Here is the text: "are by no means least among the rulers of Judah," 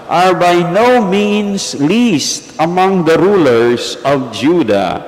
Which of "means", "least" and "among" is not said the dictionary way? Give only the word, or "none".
means